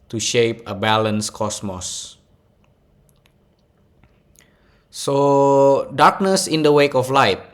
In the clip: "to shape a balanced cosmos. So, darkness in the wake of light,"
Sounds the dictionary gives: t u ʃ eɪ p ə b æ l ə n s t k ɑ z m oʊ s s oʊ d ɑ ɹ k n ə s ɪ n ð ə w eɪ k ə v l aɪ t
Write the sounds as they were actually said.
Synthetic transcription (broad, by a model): t u ʃ eɪ p ə b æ l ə n s k ɑ s m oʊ s s oʊ d ɑ k n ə s ɪ n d ə w eɪ k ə f l aɪ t